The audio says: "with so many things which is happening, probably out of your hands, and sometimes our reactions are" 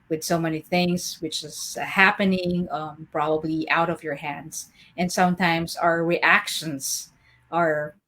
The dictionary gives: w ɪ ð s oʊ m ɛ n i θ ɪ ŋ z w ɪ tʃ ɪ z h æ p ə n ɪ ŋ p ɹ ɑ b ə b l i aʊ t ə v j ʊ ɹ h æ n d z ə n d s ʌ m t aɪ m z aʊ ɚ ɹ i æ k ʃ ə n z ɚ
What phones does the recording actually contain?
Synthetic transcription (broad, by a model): w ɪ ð s oʊ m ɛ n i θ ɪ ŋ z w ɪ tʃ ɪ z h æ p ə n ɪ ŋ p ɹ ɑ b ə b l i aʊ t ə v j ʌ ɹ h æ n d z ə n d s ʌ m t aɪ m z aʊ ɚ ɹ i æ k ʃ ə n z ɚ